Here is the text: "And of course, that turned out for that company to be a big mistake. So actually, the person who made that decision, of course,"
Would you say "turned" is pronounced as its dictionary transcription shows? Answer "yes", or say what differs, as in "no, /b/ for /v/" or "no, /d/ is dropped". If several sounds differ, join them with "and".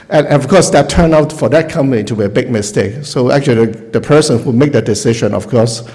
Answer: no, /d/ is dropped